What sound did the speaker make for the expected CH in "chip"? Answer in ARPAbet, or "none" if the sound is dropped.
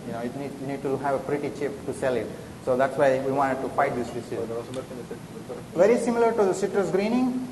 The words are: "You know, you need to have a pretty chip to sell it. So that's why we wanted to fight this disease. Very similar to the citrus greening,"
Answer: CH